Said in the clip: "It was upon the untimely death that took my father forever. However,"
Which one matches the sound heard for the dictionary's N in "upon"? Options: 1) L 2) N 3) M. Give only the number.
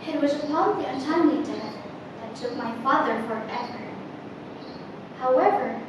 1